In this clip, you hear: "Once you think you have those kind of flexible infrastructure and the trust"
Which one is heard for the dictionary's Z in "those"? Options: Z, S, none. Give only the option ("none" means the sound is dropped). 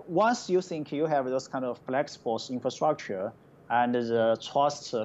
S